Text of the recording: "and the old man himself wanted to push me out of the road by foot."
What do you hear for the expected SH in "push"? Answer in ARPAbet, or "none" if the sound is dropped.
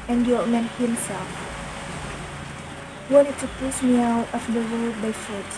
S